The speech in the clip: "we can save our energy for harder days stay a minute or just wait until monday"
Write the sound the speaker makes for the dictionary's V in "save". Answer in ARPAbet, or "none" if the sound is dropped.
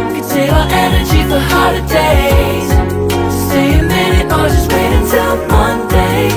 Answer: none